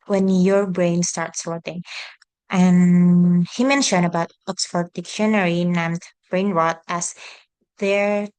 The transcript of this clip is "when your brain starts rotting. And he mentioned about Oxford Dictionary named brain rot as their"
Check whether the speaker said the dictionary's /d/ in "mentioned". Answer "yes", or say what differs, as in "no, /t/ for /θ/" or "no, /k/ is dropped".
no, /d/ is dropped